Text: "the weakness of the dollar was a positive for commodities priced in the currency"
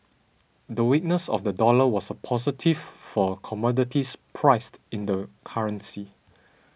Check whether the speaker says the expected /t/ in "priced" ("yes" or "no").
yes